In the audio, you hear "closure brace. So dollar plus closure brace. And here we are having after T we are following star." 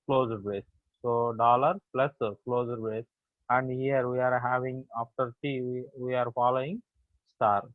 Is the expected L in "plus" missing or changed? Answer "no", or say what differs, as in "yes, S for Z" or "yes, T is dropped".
no